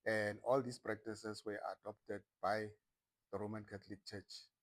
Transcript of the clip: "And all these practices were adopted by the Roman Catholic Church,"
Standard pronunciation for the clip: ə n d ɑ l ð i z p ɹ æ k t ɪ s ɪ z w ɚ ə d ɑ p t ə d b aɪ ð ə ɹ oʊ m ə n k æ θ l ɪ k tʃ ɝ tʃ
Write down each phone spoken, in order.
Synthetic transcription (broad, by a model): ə n d ɑ l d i s p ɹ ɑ k t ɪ s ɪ s w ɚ ə d ɑ p t ə d b aɪ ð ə ɹ oʊ m ə n k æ t l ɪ k tʃ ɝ tʃ